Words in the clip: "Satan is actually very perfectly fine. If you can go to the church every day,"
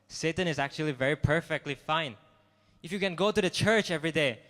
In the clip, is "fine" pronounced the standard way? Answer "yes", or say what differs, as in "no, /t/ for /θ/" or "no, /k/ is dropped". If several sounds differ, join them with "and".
yes